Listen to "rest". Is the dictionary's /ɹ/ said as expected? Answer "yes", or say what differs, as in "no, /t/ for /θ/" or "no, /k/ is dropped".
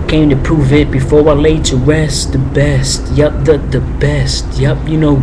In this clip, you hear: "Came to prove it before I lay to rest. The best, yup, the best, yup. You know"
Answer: no, /w/ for /ɹ/